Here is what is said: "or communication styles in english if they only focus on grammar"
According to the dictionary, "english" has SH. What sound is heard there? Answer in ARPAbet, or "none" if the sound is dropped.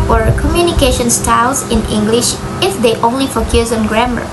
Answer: SH